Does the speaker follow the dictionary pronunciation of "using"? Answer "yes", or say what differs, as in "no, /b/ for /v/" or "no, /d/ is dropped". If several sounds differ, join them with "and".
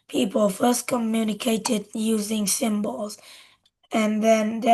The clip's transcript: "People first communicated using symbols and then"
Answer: yes